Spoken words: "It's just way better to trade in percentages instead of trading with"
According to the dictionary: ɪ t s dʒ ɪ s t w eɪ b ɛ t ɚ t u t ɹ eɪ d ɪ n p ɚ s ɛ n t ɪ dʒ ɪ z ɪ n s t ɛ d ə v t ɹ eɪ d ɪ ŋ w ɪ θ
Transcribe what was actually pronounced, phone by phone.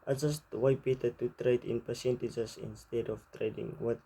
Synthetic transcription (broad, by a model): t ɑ dʒ ɪ s t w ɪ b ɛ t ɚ t u t ɹ eɪ d ɪ n p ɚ s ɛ n t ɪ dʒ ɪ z ɪ n s t ɛ d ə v t ɹ eɪ d ɪ ŋ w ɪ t